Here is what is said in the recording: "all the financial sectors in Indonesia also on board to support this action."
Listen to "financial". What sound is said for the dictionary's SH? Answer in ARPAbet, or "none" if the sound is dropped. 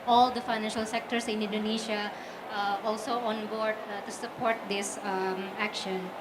SH